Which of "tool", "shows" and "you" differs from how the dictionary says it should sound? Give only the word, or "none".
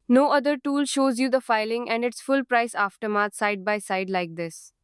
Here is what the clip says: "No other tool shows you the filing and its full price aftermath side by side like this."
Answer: none